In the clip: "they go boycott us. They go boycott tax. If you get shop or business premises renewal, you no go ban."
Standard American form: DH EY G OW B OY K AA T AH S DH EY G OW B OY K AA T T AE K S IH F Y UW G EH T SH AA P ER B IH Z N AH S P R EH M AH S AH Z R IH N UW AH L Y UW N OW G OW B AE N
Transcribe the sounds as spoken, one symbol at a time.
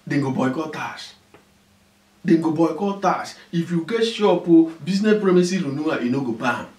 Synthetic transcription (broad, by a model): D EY G OW B OY K AA T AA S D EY G OW B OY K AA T T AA S IH F Y UW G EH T SH AA P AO B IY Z N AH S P R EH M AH S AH R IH N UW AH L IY N OW G OW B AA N